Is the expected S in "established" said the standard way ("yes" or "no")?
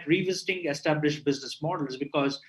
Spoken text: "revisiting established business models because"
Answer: yes